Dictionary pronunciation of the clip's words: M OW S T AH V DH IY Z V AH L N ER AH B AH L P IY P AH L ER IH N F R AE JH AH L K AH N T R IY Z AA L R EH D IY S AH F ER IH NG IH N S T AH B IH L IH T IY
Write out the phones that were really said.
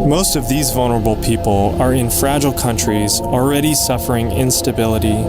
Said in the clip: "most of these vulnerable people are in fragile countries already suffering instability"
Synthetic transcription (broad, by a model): M OW S T AH V DH IY Z V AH L N ER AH B L P IY P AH L ER IH N F R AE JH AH L K AH N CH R IY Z L R EH D IY S AH F ER IH NG IH N S T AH B IH L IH T IY